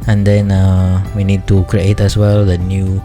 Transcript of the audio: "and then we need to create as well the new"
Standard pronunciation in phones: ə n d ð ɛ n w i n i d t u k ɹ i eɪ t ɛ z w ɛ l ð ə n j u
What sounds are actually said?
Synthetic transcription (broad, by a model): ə n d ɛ n w i n i d t u k ɹ i eɪ t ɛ s w ɛ l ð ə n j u